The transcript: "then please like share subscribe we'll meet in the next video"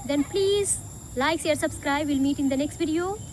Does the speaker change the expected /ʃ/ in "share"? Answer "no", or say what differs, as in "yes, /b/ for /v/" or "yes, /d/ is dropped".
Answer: yes, /s/ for /ʃ/